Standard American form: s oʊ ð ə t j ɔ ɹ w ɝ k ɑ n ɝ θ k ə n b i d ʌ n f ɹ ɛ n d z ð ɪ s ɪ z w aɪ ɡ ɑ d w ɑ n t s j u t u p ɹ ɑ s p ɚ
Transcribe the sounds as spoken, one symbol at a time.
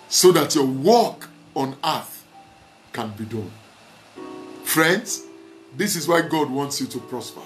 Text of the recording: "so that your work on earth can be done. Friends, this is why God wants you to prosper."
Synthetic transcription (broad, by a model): s oʊ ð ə t j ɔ w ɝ k ɑ n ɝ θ k ə n b i d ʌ n f ɹ ɛ n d s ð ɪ s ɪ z w aɪ ɡ ɑ d w ɑ n t s j u t u p ɹ ɑ s p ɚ